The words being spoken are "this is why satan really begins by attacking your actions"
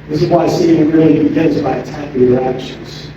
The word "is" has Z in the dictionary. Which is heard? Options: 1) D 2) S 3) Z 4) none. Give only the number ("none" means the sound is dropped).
3